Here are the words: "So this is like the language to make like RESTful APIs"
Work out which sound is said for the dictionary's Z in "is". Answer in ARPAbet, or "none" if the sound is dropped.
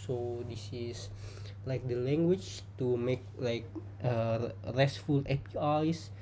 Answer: S